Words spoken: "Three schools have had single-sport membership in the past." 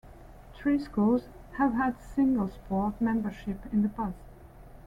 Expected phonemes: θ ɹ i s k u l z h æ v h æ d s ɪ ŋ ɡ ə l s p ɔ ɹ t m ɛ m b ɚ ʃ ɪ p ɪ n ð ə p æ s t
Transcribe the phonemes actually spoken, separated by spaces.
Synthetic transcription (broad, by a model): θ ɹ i s k u l z h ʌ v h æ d s ɪ ŋ ɡ ə l s p ɔ ɹ t m ɛ m b ɚ ʃ ɪ p ɪ n ð ə b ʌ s